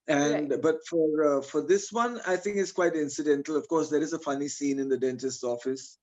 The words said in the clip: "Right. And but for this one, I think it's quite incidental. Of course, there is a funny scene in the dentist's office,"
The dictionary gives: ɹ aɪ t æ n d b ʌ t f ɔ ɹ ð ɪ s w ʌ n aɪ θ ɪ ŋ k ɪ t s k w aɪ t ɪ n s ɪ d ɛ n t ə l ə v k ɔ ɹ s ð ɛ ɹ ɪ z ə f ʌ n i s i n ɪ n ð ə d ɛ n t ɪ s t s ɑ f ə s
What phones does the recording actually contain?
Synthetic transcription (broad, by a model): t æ n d b ʌ t f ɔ ɹ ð ɪ s w ʌ n aɪ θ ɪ ŋ k ɪ t s k w aɪ t ɪ n s ɪ d ɛ n t ə l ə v k ɔ ɹ s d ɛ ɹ ɪ z ə f ʌ n i s i n ɪ n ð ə d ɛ n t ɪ s t ɑ f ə s